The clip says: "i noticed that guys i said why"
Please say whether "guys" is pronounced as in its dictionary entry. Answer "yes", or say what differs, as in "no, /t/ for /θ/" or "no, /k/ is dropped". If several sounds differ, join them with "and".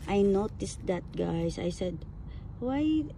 no, /s/ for /z/